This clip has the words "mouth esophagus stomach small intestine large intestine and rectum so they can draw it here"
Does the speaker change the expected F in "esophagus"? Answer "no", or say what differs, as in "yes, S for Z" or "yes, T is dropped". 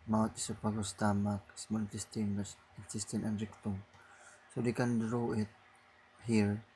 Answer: yes, P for F